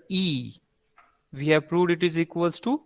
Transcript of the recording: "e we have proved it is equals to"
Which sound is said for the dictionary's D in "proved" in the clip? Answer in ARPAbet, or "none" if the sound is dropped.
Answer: D